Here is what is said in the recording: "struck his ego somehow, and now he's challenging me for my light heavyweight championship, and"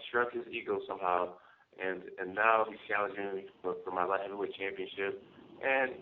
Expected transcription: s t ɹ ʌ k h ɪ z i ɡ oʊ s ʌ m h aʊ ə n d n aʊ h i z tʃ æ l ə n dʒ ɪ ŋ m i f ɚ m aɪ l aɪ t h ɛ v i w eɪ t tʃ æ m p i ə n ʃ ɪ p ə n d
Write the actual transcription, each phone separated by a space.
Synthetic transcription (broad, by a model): s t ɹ ʌ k h ɪ z i ɡ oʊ s ʌ m h aʊ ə n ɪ n aʊ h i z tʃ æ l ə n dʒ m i f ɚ m aɪ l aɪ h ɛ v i w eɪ tʃ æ m p i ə n ʃ ɪ p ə n